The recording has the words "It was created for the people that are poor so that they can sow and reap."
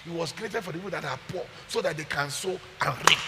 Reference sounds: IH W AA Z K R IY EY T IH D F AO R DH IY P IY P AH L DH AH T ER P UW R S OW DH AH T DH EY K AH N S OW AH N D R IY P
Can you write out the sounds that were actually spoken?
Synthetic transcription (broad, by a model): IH W AA S K R IY EY T IH D F AO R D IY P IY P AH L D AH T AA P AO S OW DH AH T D EY K AH N S OW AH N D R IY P